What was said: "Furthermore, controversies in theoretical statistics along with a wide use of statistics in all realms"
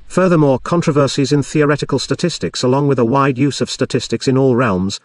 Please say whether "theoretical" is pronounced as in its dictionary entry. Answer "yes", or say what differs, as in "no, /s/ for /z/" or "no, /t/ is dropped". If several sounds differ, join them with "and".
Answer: yes